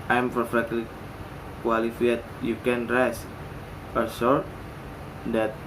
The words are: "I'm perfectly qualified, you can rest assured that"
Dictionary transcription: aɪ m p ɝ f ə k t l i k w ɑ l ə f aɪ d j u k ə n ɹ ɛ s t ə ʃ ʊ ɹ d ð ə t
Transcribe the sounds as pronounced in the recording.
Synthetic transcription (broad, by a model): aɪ m p ɝ f ə k t l i k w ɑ l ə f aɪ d j u k ə n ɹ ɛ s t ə s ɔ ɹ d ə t